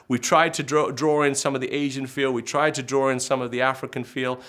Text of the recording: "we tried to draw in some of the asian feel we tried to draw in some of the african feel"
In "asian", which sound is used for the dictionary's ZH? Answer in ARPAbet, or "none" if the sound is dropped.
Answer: ZH